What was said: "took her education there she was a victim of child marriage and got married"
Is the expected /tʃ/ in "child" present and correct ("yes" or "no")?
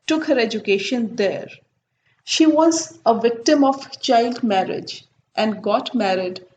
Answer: yes